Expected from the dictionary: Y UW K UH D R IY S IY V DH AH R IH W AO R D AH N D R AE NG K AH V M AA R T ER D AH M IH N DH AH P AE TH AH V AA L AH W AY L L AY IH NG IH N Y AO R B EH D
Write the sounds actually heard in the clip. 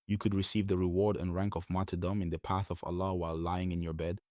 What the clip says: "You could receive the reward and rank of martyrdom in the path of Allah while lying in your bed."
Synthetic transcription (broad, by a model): Y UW K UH D R IY S IY V DH AH R IH W AO R D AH N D R AE NG K AH V M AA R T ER D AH M IH N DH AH P AE TH AH V AA L AH W AY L L AY IH NG IH N Y AO R B EH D